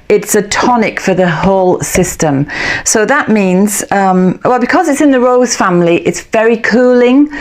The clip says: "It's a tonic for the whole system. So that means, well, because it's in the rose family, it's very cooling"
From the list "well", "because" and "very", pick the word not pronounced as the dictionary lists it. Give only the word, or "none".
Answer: none